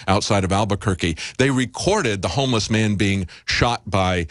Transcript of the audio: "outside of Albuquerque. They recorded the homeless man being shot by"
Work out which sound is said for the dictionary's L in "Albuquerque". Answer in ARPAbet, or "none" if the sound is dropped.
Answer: L